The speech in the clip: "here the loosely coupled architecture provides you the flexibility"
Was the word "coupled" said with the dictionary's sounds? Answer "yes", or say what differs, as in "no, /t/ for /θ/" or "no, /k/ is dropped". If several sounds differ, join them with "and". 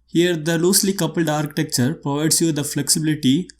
yes